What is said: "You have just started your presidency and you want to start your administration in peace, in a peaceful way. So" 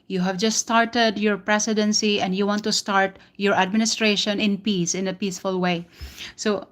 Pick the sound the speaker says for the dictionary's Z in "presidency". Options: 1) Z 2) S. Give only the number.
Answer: 2